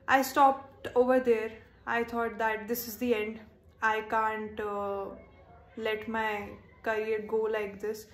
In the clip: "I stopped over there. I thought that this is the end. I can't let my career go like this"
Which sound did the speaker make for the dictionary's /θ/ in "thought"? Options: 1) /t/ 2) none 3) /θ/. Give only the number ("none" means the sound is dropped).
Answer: 1